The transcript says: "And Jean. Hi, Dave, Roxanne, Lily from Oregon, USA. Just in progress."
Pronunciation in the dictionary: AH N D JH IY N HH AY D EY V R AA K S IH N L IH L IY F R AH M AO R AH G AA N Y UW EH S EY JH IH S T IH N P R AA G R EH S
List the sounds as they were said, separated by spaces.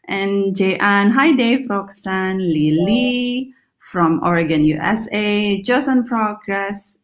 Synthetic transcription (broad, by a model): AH N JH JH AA N HH AY D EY F R AA K S IH N L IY L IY F R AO M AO R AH G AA N Y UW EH S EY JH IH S IH N P R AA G R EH S